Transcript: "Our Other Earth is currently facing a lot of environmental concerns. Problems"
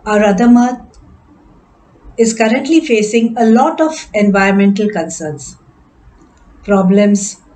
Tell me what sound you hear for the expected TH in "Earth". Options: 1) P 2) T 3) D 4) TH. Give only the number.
2